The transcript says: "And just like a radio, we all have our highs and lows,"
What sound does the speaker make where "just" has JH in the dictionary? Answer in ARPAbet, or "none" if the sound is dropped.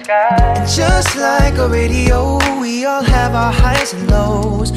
ZH